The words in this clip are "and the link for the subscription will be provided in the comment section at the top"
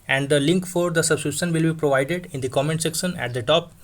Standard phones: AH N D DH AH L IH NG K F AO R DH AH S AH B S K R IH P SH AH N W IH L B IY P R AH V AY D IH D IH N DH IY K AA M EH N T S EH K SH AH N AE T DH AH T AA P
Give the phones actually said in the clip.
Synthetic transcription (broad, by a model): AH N D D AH L IH NG K F AO R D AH S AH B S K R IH SH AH N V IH L B IY P R AH V AY D IH D IH N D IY K AA M EH N T S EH K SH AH N AE T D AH T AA P